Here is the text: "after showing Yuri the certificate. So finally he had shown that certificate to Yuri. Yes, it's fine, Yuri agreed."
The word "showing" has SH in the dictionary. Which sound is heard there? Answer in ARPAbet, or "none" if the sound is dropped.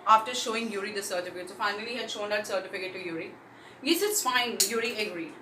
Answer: SH